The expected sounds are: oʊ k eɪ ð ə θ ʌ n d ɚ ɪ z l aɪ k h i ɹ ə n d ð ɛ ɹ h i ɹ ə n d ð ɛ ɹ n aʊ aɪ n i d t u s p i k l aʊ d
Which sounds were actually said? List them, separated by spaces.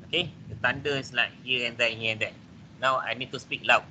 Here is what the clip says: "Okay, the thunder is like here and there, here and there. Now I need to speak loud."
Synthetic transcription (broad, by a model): oʊ k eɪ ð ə t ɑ n d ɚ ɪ s l aɪ k h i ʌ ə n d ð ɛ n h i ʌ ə n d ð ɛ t n aʊ aɪ n i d t u s p i k l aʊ